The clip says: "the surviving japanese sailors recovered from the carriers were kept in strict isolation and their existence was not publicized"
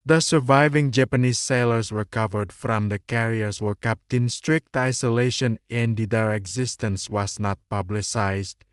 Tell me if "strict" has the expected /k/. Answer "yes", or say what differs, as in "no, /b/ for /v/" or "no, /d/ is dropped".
yes